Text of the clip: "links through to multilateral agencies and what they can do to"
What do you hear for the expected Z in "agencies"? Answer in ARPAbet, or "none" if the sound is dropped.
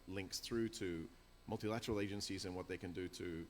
Z